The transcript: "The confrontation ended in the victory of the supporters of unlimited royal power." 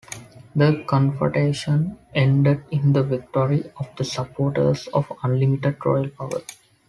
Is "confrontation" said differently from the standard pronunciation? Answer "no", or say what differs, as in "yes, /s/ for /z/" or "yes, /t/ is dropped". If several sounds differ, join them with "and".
yes, /ɹ/ is dropped and /n/ is dropped